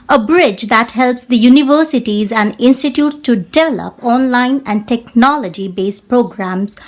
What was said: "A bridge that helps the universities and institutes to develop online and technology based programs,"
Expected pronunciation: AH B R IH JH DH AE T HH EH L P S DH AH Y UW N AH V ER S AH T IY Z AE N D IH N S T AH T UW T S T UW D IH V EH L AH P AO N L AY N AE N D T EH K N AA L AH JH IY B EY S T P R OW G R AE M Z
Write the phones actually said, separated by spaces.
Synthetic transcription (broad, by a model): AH B R IH JH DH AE T HH EH L P S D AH Y UW N AH V ER S AH T IY Z AE N D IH N S T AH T UW T S T UW D IH V EH L AH P AO N L AY N AE N D T EH K N AA L AH JH IY B EY S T P R OW G R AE M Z